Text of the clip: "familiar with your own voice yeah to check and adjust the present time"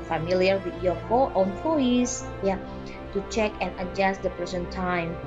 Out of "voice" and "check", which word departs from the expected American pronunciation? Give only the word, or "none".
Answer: voice